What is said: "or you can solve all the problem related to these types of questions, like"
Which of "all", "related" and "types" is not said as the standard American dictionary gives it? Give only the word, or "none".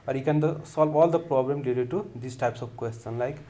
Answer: related